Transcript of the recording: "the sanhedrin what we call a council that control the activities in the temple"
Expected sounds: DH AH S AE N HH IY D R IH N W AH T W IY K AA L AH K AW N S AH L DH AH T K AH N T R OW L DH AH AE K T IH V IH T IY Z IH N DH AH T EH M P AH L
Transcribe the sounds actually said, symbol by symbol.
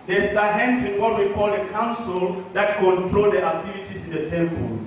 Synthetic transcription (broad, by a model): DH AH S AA HH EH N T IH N W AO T W IY K AA L AH K AW N S AH L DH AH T K AH N T R OW L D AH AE K T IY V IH T IY S IH N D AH T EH M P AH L